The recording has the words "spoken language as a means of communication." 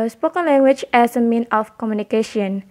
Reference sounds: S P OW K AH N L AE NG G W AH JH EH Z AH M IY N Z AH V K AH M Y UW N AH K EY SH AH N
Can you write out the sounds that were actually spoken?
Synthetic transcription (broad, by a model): S P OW K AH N L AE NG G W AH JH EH S AH M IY N AH F K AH M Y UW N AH K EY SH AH N